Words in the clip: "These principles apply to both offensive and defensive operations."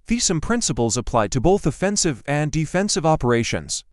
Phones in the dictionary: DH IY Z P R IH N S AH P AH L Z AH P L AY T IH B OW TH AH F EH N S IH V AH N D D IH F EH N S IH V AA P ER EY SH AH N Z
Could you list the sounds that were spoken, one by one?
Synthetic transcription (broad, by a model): DH IY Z P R IH N S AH P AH L Z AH P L AY T IH B OW TH AH F EH N S IH V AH N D D IH F EH N S IH V AA P ER EY SH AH N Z